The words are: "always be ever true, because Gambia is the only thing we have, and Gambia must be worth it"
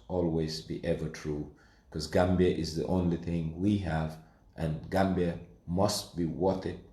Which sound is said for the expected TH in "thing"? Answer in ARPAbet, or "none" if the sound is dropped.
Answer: TH